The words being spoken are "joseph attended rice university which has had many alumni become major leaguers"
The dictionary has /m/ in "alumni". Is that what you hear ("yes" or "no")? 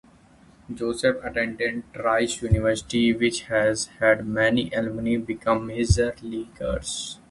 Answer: no